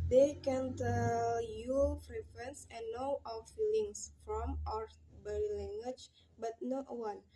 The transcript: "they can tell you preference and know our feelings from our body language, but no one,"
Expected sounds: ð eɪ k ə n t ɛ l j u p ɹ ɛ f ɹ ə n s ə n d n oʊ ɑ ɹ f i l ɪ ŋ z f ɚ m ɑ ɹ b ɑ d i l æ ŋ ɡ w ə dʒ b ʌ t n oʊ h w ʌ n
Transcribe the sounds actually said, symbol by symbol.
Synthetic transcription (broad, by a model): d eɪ k ə n t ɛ l j u f ɹ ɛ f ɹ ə n s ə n n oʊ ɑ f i l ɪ ŋ s f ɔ m ɑ ɹ b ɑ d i l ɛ ŋ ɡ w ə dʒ b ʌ t n oʊ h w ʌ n